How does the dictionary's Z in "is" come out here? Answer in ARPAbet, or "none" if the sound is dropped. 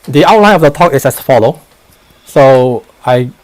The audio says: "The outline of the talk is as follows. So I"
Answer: S